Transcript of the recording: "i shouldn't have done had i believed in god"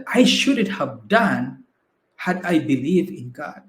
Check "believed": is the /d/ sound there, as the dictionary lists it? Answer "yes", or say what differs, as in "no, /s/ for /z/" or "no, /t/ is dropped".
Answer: no, /d/ is dropped